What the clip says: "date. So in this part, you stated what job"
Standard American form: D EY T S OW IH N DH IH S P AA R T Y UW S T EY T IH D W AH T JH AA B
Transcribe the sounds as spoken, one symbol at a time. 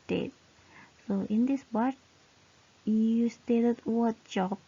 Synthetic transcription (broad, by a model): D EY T S OW IH N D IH S B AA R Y Y UW S T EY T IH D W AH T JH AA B